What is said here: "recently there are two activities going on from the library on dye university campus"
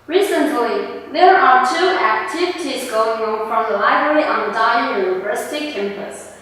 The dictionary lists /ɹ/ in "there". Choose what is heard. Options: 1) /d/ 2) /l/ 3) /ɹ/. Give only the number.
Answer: 3